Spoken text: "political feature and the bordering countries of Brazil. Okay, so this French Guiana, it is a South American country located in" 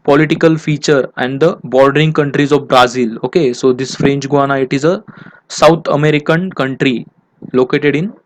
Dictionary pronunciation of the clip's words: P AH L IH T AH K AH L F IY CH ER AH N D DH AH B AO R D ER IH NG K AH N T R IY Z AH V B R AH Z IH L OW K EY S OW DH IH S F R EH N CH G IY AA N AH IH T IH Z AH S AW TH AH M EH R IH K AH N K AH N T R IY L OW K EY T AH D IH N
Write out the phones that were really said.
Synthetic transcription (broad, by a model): P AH L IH T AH K AH L F IY CH ER AH N D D AH B AO R D ER IH NG K AH N T R IY Z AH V B R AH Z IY L OW K EY S OW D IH S F R EH N CH G IY AA N AH IH T IH Z AH S AW T AH M EH R IH K AH N K AH N T R IY L OW K EY T AH D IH N